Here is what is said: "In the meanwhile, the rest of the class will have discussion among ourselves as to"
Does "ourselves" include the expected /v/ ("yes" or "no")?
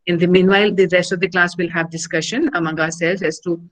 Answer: no